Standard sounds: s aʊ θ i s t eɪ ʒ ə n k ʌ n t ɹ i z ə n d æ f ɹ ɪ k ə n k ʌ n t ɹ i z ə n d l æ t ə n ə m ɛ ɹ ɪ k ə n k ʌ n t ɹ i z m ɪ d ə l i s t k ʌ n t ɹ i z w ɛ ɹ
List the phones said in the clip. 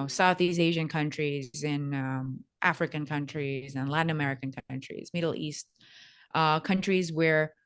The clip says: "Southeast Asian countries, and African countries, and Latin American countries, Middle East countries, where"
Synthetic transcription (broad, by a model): s aʊ θ i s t eɪ ʒ ə n k ʌ n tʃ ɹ i z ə n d æ f ɹ ɪ k ə n k ʌ n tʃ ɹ i z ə n l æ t n ə m ɛ ɹ ɪ k ə n k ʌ n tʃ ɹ i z m ɪ d l i s t k ʌ n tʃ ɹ i z w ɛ ɹ